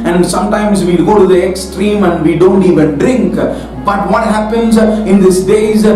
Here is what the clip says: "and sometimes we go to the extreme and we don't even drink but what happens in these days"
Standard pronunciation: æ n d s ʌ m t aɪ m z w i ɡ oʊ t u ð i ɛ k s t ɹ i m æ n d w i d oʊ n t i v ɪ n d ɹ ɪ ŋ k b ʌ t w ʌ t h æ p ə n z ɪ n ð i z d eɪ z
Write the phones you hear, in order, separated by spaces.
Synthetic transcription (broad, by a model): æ n d s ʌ m t aɪ m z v i ɡ oʊ t u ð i ɛ k s t ɹ i m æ n d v i d oʊ n t i v ɪ n d ɹ ɪ ŋ k b ʌ t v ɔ t h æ p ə n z ɪ n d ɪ s d eɪ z